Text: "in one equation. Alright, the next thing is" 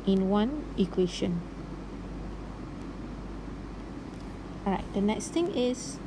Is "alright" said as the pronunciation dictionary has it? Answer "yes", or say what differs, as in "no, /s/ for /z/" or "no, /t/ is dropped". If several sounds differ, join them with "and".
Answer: no, /l/ is dropped